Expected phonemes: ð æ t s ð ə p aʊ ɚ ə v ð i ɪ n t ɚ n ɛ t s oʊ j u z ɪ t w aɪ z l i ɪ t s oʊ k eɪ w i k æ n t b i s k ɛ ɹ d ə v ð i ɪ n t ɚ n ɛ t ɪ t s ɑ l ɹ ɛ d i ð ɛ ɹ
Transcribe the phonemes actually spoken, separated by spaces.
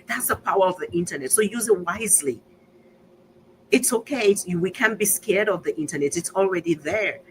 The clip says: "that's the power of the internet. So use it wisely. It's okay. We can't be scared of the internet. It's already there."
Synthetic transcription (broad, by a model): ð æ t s ð ə p aʊ ɚ ə v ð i ɪ n t ɚ n ɛ t s oʊ j u z ɪ t w aɪ z l i ɪ t s oʊ k eɪ w i k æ n b i s k ɛ ɹ d ə v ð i ɪ n t ɚ n ɛ t ɪ t s ɑ l ɹ ɛ d i ð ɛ ɹ